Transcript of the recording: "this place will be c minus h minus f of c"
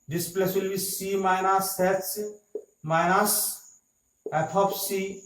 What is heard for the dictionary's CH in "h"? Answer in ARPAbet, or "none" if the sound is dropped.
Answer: S